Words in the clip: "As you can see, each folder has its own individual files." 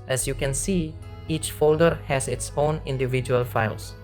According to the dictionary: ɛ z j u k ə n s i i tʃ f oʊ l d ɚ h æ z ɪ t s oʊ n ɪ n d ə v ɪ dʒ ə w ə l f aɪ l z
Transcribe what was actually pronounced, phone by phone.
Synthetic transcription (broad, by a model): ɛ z j u k ə n s i i tʃ f oʊ l d ɚ h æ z ɪ t s oʊ n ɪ n d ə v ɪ dʒ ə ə l f aɪ l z